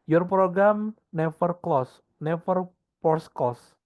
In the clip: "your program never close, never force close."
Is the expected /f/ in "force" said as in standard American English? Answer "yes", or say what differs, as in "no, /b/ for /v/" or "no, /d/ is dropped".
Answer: no, /p/ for /f/